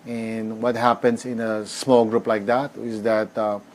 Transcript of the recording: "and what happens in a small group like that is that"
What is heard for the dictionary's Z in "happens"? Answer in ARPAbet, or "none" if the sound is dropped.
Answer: S